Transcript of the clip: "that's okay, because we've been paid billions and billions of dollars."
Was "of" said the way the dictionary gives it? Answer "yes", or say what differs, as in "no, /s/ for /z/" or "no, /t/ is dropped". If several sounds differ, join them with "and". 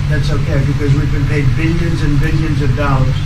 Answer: yes